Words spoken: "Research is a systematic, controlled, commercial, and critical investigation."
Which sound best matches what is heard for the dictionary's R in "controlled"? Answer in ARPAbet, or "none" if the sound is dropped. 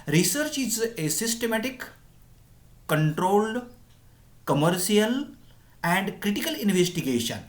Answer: R